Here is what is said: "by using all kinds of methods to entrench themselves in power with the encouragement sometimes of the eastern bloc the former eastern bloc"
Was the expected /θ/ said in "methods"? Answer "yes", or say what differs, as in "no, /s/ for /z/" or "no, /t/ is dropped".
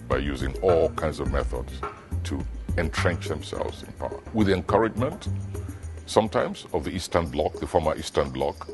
yes